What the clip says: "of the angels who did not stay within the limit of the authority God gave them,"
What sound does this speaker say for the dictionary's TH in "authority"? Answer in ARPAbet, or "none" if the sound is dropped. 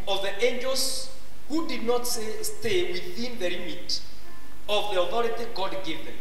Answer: TH